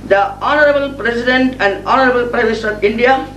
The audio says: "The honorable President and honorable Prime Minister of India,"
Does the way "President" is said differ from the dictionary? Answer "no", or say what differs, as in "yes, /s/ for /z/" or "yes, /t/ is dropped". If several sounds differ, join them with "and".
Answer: yes, /s/ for /z/